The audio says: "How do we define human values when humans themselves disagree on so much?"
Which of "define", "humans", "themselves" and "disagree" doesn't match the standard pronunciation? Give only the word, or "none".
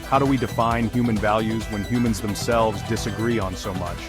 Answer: none